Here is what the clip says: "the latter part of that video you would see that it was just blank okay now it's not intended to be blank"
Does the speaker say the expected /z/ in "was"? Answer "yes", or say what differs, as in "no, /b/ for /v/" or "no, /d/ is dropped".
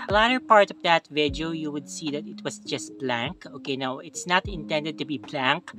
no, /s/ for /z/